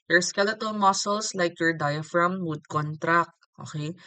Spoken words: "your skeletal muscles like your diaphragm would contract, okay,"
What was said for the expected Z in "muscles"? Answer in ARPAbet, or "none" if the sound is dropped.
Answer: S